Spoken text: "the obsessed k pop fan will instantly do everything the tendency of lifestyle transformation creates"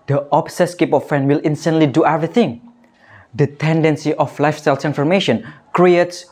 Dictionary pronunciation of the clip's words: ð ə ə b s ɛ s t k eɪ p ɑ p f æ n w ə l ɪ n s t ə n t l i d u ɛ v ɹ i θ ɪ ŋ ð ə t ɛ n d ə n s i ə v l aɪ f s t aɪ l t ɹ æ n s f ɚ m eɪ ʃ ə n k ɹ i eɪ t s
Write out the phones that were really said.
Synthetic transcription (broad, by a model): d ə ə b s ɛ s k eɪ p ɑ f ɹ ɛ n w ə l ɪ n s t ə n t l i d u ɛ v ɹ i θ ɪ ŋ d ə t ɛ n d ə n s i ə f l aɪ f s t aɪ l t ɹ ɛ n f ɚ m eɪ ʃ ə n k ɹ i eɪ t s